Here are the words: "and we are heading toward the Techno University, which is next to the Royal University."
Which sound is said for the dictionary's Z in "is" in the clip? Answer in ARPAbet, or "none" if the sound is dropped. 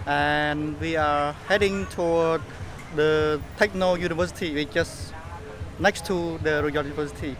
S